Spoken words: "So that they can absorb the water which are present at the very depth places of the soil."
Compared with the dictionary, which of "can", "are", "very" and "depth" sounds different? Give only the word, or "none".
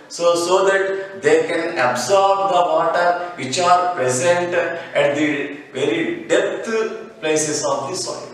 depth